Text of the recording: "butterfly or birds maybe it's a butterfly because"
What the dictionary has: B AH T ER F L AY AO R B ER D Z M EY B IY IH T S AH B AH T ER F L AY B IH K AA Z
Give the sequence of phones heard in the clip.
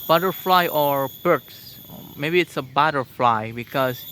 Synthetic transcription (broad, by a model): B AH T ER F L AY AO R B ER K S M EY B IY IH T S AH B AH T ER F L AY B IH K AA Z